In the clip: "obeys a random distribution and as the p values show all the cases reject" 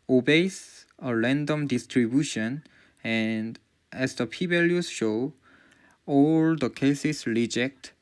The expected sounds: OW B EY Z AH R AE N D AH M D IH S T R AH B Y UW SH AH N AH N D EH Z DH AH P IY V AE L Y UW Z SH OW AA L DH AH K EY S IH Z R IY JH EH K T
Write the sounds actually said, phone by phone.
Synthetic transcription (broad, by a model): OW B EY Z AH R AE N D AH M D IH S T R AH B Y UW SH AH N AH N D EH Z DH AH P IY B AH L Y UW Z SH OW AA L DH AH K EY S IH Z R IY JH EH K T